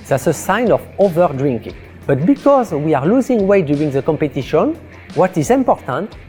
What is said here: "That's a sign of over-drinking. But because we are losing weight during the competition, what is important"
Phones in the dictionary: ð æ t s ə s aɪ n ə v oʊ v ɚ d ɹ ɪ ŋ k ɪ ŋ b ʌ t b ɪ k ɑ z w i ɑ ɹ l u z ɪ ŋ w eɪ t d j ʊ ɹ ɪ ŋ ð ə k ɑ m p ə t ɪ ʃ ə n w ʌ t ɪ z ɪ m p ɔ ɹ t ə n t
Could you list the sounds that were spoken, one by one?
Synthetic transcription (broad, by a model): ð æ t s ə s aɪ n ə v oʊ v ɚ d ɹ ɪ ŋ k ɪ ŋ b ʌ t b ɪ k ɑ z w i ɑ ɹ l u z ɪ ŋ w eɪ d j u ɹ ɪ ŋ ð ə k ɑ m p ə t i ʃ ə n w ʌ t ɪ z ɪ m p ɔ ɹ t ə n t